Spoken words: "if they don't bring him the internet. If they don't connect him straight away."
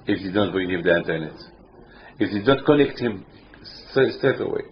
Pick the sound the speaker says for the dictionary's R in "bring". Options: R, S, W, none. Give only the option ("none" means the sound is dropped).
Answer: R